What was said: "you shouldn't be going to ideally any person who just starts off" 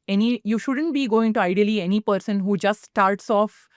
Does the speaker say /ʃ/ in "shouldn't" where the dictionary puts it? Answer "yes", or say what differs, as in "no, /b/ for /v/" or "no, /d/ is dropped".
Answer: yes